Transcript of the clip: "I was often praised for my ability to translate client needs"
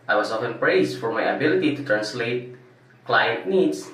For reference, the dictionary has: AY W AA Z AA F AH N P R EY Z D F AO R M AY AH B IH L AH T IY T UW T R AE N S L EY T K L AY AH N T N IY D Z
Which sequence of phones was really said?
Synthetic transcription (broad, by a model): AY W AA S AA F AH N P R EY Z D F AO R M AY AH B IH L AH T IY T UW T R AE N S L EY T K L AY AH N T N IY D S